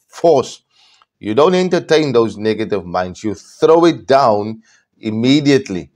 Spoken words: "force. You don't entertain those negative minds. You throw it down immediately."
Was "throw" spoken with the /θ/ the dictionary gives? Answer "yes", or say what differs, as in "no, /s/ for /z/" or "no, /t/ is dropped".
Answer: yes